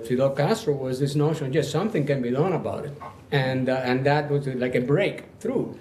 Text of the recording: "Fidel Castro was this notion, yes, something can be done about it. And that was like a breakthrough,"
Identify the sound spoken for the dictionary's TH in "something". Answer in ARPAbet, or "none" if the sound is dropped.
TH